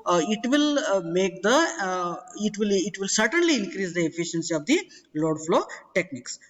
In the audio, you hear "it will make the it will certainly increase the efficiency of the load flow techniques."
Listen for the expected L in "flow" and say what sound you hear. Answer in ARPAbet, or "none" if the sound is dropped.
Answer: L